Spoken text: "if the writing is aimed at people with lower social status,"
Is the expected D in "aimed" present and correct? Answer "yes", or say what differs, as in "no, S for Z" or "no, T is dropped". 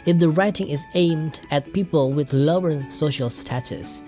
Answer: yes